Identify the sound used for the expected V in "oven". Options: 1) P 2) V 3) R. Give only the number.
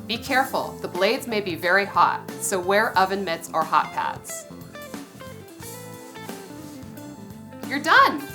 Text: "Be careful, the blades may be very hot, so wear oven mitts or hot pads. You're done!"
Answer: 2